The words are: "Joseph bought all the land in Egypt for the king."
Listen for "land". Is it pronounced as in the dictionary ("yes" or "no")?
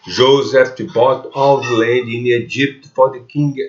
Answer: no